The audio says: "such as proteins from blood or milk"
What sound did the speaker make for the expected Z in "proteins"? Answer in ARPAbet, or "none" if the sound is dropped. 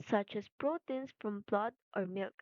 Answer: S